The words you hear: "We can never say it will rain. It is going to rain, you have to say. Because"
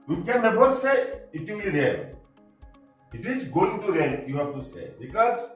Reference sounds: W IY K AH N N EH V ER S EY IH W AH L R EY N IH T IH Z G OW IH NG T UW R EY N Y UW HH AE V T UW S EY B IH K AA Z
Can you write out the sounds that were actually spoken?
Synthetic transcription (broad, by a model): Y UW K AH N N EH B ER S EY IH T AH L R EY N IH T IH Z G OW IH NG T UW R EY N Y UW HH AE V T UW S EY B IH K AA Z